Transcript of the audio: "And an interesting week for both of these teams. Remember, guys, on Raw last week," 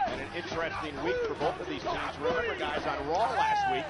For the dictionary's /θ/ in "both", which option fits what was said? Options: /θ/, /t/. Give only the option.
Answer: /θ/